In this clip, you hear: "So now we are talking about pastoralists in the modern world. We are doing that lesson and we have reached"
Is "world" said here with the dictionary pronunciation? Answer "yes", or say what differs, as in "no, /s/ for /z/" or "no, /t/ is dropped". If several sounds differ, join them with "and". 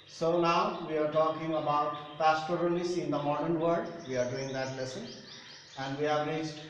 no, /l/ is dropped